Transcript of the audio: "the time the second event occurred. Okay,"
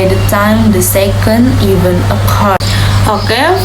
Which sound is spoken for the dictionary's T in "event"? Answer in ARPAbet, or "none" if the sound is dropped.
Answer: none